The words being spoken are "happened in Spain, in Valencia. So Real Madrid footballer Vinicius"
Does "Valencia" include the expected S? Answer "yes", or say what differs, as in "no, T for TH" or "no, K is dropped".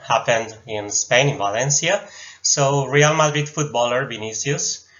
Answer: yes